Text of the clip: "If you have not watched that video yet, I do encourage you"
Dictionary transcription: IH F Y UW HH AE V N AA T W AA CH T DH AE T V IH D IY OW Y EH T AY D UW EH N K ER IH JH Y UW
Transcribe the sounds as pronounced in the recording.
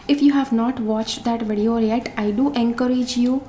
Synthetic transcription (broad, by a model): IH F Y UW HH AE V N AA T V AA CH T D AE T V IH D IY OW Y EH T AY D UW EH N K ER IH JH Y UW